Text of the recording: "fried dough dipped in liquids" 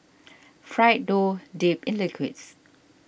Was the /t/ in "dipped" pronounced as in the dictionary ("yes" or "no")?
no